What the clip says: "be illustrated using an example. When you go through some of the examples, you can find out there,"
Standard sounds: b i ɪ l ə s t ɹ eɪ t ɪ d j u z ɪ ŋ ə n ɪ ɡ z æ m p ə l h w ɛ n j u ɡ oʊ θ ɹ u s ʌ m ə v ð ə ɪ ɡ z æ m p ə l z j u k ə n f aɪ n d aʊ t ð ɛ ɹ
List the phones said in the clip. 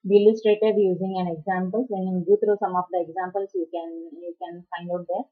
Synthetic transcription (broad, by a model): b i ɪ l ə s t ɹ eɪ t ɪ d j u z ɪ ŋ ə n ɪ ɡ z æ m p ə l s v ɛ n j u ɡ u t ɹ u s ʌ m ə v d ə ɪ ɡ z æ m p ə l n j u k ə n f aɪ n d aʊ t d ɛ ɹ